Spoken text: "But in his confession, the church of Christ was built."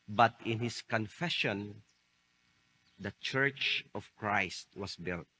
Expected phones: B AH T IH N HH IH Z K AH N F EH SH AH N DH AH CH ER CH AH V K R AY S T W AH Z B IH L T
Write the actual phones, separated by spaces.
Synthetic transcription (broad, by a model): B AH T IH N HH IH S K AH N F EH SH AH N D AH CH ER CH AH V K R AY S T W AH S B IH L T